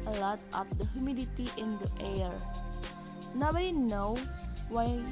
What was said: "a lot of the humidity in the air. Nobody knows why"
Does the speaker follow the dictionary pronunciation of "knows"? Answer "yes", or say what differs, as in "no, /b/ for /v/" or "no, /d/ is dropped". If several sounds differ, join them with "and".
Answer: no, /z/ is dropped